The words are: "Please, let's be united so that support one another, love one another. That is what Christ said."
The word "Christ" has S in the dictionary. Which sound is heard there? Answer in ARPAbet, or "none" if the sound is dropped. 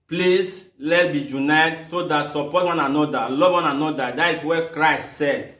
S